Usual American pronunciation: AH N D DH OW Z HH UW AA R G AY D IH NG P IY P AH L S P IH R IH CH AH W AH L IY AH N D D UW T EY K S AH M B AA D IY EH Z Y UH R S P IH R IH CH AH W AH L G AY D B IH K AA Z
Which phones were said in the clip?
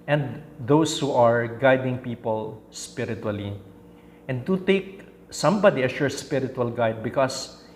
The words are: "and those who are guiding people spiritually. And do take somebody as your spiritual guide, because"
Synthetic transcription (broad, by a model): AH N D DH OW S HH UW AA R G AY D IH NG P IY P AH L S P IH R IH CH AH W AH L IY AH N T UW T EY K S AH M B AA D IY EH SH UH R S P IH R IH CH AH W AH L G AY D B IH K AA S